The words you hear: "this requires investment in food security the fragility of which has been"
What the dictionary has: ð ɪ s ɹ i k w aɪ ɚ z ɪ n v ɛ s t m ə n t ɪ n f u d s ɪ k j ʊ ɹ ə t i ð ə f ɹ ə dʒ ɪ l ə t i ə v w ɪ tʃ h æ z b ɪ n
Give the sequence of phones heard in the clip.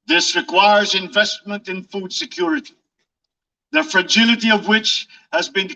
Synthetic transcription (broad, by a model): ð ɪ s ɹ i k w aɪ ɚ z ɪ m v ɛ s t m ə n t ɪ n f u d s ɪ k j ʊ ɹ ə t i ð ə f ɹ ə dʒ ɪ l ə t i ə v w ɪ tʃ h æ z b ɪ n